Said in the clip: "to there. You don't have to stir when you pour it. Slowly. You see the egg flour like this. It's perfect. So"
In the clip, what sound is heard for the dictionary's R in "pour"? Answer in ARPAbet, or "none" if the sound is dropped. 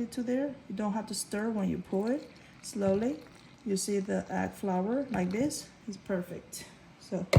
L